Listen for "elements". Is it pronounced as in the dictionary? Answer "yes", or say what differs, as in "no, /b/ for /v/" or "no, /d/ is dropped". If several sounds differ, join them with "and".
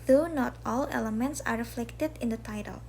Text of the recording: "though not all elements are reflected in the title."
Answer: yes